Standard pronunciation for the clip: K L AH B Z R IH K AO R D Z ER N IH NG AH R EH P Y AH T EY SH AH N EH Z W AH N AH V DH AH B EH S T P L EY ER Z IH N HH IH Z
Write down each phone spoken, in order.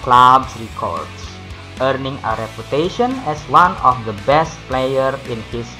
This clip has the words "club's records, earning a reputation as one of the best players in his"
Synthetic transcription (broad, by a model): K L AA B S R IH K AO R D S ER N IH NG AH R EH P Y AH T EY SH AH N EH S W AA N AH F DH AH B EH S T P L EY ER IH N HH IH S